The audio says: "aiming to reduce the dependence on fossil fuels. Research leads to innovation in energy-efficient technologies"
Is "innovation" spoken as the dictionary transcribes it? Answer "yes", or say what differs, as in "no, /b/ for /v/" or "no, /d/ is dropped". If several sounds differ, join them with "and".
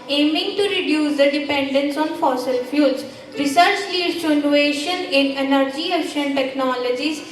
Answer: no, /v/ is dropped